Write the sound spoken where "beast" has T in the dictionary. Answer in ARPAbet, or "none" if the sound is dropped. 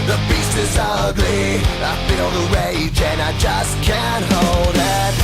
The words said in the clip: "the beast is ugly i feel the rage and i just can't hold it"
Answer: none